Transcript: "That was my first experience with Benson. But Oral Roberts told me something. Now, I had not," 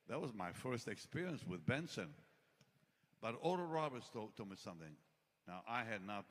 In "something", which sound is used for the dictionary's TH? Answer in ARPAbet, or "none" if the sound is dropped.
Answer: TH